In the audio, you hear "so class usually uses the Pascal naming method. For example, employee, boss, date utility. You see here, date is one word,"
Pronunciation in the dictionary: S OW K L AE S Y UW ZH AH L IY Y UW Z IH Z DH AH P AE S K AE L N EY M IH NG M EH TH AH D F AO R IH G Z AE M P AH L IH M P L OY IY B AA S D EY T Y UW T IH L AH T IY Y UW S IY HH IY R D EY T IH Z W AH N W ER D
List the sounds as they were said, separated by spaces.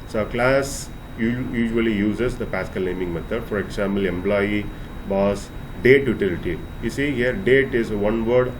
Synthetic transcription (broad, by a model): S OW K L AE S Y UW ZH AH L IY Y UW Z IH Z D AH P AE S K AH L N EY M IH NG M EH T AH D F AO R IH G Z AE M P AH L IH M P L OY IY B AA S D EY T Y UW T IH L AH T IY Y UW S IY HH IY R D EY T IH Z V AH N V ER D